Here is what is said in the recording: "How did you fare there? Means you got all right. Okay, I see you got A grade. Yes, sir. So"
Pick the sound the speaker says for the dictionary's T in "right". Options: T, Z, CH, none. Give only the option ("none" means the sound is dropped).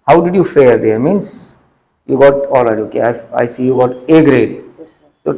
none